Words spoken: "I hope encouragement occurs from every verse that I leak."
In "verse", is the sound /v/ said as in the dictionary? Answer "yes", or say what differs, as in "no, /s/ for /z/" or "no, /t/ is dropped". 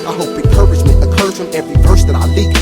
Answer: no, /p/ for /v/